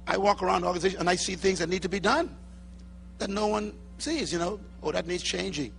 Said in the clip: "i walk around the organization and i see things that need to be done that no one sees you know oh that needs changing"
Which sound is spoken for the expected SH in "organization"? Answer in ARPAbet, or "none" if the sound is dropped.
none